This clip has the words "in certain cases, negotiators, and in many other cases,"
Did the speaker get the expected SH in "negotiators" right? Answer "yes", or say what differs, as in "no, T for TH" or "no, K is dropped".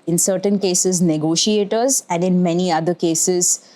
yes